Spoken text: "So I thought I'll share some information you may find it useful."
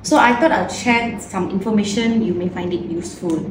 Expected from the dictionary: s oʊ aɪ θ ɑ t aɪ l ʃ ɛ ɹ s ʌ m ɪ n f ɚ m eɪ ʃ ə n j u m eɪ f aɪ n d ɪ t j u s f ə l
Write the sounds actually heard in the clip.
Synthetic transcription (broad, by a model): s oʊ aɪ t ɑ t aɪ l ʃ ɛ s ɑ m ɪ n f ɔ m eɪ ʃ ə n j u m eɪ f aɪ n d ɪ t j u s f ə l